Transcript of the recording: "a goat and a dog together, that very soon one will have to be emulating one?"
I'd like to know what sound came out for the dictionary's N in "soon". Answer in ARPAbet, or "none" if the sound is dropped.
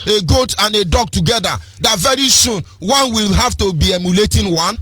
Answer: N